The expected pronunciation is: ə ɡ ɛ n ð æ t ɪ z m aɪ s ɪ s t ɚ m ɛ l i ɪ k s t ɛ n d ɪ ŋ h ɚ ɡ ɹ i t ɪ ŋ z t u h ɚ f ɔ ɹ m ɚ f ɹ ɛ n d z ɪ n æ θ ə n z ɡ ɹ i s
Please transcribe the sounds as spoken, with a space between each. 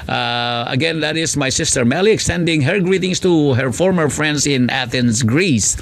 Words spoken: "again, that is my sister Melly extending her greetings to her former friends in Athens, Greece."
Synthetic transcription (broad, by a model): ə ɡ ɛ n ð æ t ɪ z m aɪ s ɪ s t ɚ m ɛ l i ɪ k s t ɛ n d ɪ ŋ h ɚ ɡ ɹ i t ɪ ŋ s t u h ɚ f ɔ ɹ m ɚ f ɹ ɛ n d s ɪ n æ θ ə n s ɡ ɹ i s